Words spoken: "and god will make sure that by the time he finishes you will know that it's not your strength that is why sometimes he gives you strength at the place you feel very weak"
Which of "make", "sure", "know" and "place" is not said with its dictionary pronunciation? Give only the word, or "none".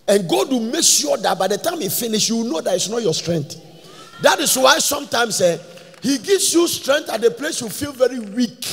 sure